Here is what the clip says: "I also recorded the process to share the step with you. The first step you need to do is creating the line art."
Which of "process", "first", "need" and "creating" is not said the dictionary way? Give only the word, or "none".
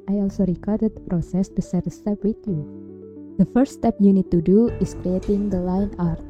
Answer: first